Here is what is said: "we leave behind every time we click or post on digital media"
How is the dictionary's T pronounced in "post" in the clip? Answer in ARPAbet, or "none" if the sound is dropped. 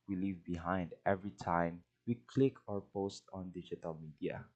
T